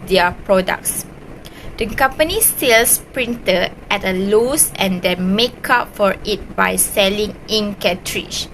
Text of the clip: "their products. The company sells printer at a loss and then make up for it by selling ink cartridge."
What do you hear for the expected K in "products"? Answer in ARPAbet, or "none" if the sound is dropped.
K